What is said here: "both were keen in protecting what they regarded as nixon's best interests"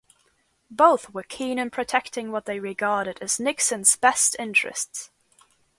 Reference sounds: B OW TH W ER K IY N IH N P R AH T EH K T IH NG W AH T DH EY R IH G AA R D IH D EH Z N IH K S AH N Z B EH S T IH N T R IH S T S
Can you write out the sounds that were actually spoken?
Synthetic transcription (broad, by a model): B OW TH W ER K IY N IH N P R AH T EH K T IH NG W AH T DH EY R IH G AA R D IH D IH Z N IH K S AH N Z B EH S T IH N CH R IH S T S